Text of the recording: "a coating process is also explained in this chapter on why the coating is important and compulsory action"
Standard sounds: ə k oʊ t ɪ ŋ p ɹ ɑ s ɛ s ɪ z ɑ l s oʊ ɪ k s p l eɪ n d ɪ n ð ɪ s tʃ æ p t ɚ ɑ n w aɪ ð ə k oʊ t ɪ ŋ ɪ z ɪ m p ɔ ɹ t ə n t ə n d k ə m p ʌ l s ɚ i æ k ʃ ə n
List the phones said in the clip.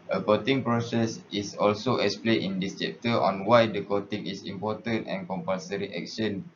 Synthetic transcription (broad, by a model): ə k oʊ t ɪ ŋ p ɹ ɑ s ɛ s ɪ s ɑ l s oʊ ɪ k s p l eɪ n ɪ n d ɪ s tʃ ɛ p t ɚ ɑ n w aɪ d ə k oʊ t ɪ ŋ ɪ s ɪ m p ɔ t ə n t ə n k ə m p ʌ l s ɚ i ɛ k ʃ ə n